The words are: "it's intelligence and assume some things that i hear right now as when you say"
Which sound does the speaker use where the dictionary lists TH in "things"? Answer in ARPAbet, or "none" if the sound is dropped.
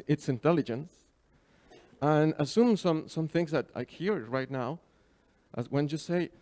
TH